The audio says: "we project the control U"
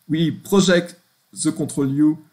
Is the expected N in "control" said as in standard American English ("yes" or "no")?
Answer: no